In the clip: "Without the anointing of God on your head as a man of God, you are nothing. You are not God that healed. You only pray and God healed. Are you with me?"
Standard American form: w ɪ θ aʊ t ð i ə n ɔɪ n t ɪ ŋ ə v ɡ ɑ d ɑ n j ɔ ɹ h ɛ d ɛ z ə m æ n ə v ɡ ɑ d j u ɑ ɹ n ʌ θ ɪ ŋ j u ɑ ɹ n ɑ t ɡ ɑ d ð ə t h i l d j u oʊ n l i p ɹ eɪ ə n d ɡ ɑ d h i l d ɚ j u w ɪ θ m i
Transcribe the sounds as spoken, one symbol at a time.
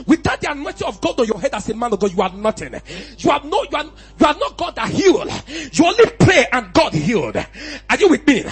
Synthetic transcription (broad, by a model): w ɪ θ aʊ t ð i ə n ɔɪ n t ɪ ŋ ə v ɡ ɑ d ɑ n j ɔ h ɛ d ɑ s ə m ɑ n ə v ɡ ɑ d j u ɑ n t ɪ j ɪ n j u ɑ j n ɑ t ɡ ɑ d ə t h i l d j u oʊ n l i p ɹ eɪ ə n ɡ ɑ d h i l d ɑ j u w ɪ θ m i